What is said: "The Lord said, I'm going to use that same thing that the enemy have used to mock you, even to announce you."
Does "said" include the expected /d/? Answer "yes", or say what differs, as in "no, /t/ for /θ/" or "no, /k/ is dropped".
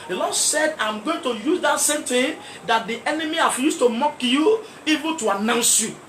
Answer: yes